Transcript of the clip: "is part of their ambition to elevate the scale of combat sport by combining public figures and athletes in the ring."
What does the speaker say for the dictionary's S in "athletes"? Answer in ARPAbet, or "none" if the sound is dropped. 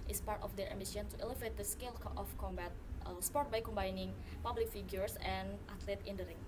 none